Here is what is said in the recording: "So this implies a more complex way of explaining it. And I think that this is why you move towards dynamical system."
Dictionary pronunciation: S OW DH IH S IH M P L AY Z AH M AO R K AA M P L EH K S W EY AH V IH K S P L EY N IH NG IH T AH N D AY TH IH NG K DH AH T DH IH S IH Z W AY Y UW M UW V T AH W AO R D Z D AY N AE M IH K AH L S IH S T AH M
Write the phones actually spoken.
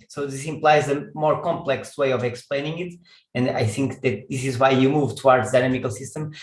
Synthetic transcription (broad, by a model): S OW DH IH S IH M P L AY Z AH M AO R K AA M P L EH K S W EY AH V IH K S P L EY N IH NG IH T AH N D AY TH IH NG K DH AH T DH IH S IH Z W AY Y UW M UW V T AH W AO R D Z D AY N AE M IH K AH L S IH S T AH M